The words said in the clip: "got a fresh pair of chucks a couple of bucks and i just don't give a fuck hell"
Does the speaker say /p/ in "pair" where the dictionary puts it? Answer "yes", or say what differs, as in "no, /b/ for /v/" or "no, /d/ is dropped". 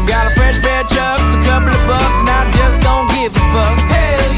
no, /b/ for /p/